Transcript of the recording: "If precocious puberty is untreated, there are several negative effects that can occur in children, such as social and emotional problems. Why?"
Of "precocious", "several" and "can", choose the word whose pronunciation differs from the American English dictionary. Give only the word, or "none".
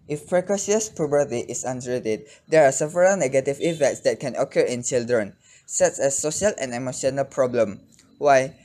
precocious